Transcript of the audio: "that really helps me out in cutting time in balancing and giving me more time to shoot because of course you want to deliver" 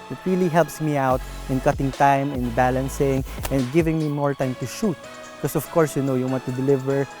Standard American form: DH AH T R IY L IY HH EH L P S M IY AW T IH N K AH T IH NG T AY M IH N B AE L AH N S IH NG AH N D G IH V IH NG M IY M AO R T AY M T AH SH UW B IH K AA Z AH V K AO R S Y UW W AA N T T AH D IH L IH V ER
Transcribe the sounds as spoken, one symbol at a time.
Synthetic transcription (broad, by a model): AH T R IY L IY HH EH L P S M IY AW T IH N K AH T IH NG T AY M IH N B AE L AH N S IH NG AH N D G IH V IH NG M IY M AO R T AY M T AH SH UW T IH K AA S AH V K AO R S Y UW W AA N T T AH D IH L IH V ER